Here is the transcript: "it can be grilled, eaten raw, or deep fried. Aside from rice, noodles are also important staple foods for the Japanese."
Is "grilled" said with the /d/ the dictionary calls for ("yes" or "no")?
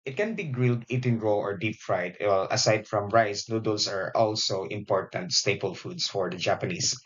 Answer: yes